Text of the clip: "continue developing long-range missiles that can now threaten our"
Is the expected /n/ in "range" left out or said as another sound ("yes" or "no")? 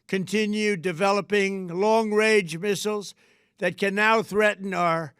yes